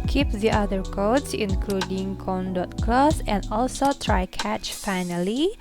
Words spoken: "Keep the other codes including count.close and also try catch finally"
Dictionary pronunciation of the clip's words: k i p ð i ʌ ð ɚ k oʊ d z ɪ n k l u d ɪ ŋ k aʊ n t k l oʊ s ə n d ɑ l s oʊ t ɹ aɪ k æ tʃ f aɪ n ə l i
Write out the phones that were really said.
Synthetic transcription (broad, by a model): k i p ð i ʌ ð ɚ k oʊ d s ɪ n k l u d ɪ ŋ k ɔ n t k l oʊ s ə n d ɑ l s oʊ t ɹ aɪ k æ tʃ f aɪ n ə l i